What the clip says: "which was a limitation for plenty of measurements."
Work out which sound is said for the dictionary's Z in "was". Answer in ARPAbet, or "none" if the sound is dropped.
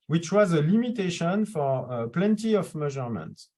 Z